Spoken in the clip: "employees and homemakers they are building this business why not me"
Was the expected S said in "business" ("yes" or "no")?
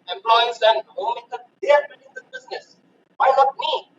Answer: yes